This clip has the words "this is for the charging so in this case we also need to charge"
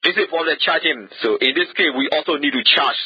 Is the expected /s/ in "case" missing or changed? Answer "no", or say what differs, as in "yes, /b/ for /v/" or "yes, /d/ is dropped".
yes, /s/ is dropped